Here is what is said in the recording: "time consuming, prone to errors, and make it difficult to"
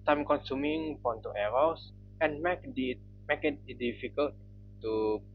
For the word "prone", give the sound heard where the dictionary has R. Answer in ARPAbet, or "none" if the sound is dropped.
none